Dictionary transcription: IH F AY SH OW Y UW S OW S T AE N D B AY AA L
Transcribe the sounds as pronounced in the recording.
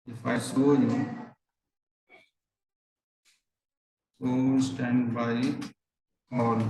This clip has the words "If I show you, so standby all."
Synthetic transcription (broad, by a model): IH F AY S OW Y UW S OW S T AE N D B AY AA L